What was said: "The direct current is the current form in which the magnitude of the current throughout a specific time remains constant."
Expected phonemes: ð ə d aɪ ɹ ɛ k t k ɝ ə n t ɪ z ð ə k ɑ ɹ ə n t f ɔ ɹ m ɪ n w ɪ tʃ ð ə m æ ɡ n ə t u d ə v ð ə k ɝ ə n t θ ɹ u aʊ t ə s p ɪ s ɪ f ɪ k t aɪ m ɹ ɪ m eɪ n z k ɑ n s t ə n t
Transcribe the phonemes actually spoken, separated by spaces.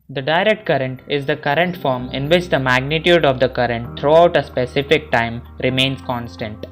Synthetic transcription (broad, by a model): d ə d aɪ ɹ ɛ k t k ɝ ə n t ɪ z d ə k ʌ ɹ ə n t f ɔ ɹ m ɪ n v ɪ tʃ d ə m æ ɡ n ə t u d ə v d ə k ɝ ə n t t ɹ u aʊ t ə s p ɪ s ɪ f ɪ k t aɪ m ɹ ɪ m eɪ n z k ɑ n s t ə n t